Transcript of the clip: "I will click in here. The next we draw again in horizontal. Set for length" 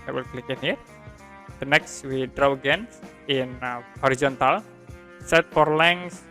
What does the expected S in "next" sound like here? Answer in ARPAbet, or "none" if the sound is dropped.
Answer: S